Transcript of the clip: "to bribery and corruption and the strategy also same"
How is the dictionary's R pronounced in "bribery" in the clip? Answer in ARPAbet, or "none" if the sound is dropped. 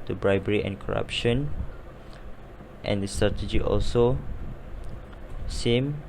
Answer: R